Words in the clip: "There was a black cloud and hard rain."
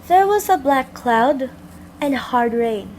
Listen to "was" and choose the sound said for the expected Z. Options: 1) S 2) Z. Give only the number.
2